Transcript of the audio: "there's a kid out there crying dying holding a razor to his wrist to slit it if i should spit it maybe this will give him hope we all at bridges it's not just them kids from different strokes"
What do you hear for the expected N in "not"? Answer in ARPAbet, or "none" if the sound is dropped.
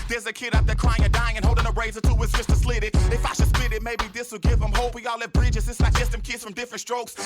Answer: L